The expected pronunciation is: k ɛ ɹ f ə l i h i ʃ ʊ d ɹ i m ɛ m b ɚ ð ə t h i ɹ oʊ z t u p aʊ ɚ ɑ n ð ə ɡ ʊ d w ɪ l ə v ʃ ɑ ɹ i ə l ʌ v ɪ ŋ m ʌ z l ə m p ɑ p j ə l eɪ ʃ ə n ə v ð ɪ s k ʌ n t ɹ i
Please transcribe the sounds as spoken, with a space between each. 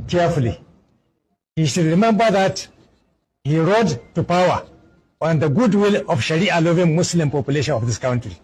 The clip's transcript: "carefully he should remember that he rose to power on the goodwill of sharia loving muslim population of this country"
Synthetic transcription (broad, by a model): k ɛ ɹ f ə l i h i ʃ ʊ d ɹ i m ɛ m b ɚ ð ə t h i ɹ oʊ t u p aʊ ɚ ɑ n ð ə ɡ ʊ d w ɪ l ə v ʃ ɑ ɹ i ə l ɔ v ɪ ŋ m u s l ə m p ɑ p j ə l eɪ ʃ ə n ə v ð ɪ s k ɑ n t ɹ i